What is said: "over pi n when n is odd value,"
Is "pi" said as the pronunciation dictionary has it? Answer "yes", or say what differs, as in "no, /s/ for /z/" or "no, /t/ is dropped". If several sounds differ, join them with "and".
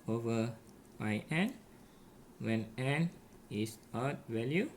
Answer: no, /b/ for /p/